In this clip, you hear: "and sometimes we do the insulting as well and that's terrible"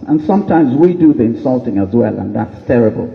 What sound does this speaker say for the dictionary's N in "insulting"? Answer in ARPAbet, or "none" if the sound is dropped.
N